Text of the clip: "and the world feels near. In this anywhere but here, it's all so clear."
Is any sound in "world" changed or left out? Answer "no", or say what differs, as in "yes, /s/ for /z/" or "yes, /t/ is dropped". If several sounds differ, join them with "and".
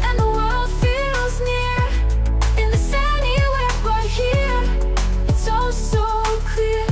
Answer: no